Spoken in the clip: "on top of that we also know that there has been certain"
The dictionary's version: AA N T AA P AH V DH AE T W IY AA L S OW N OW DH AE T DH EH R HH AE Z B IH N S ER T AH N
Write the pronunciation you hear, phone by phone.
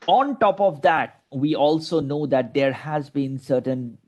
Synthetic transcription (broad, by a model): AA N T AA P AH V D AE T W IY AA L S OW N OW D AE T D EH R HH AE Z B IH N S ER T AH N